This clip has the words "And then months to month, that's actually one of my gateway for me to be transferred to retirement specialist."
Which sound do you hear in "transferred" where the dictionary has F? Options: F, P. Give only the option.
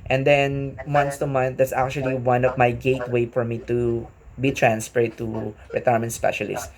P